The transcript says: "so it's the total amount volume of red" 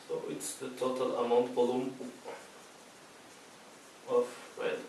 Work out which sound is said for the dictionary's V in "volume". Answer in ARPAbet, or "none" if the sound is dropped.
B